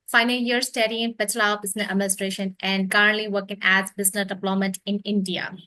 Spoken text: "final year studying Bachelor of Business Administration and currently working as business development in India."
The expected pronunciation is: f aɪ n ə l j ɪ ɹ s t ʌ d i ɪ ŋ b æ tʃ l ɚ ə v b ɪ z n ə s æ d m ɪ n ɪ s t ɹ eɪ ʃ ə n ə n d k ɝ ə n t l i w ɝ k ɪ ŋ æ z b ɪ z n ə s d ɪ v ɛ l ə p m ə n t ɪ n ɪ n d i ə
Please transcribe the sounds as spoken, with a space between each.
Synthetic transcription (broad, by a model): f aɪ n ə l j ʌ ɹ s t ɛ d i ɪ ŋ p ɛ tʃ l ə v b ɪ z n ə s æ d m ɪ n ɪ s t ɹ eɪ ʃ ə n ə n d k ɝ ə n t l i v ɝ k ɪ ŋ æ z b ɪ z n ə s d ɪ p l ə m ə t ɪ n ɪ n d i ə